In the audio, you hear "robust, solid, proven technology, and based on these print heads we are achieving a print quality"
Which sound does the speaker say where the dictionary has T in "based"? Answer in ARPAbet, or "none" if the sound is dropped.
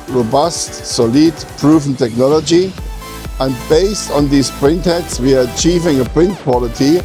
T